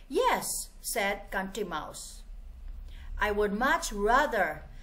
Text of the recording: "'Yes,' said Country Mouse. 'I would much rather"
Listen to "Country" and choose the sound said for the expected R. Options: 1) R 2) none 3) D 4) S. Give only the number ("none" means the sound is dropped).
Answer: 2